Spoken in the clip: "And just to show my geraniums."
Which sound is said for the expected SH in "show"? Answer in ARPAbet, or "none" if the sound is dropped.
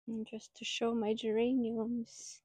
SH